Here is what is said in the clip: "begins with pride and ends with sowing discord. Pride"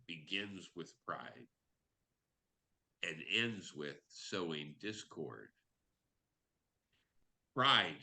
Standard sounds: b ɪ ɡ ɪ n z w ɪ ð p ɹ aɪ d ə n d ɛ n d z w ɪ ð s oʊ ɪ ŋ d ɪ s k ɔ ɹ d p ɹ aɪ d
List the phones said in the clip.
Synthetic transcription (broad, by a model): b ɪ ɡ ɪ n z w ɪ ð p ɹ aɪ d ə n ɛ n d z w ɪ ð s oʊ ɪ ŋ d ɪ s k ɔ ɹ d p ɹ aɪ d